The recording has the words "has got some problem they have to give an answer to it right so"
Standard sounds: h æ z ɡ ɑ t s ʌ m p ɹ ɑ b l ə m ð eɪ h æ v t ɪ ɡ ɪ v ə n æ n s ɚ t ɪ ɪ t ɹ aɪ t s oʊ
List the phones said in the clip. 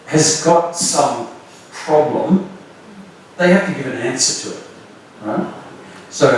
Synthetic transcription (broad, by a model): h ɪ z ɡ ɑ t s ʌ m p ɹ ɑ b l ə m ð eɪ h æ f t ɪ ɡ ɪ v ə n æ n s ɚ t ɪ ɪ t ɹ aɪ t s oʊ